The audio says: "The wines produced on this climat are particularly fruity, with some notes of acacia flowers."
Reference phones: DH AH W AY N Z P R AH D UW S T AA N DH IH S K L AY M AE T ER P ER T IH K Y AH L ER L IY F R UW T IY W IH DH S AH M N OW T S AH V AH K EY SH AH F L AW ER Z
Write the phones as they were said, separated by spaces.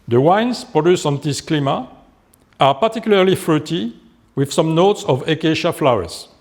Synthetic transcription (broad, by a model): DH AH W AY N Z P R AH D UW S AA N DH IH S K L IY M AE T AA P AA T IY K Y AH L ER L IY F R UW T IY W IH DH S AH M N OW T S AH V AH K EY SH AH F L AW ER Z